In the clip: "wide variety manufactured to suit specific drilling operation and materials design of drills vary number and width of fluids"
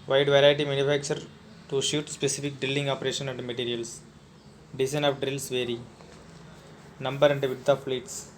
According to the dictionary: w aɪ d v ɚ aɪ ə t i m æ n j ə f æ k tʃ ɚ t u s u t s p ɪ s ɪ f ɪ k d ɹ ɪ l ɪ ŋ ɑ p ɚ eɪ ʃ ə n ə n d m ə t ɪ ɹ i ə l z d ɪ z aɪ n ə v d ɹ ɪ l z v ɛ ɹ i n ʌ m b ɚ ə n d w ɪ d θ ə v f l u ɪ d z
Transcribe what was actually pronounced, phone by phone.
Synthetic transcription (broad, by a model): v aɪ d v ɚ aɪ ə t i m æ n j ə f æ k tʃ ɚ t u ʃ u t s p ɪ s ɪ f ɪ k d ɹ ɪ l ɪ ŋ ɑ p ɚ eɪ ʃ ə n ə n d m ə t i ɹ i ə l s d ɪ s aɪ n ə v d ɹ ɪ l s v ɛ ɹ i n ʌ m b ɚ ə n d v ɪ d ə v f l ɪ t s